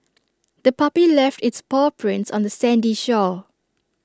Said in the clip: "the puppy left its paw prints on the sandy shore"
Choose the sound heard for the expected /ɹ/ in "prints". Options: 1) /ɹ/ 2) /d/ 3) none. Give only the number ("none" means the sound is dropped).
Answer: 1